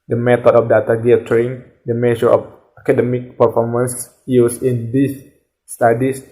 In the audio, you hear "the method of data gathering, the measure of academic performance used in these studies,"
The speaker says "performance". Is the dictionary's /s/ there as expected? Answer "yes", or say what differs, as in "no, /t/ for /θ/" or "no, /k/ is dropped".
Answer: yes